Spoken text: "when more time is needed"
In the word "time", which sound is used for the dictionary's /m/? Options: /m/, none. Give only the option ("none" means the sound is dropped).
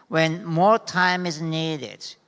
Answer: /m/